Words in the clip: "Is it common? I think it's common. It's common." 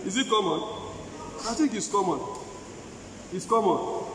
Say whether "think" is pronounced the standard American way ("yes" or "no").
no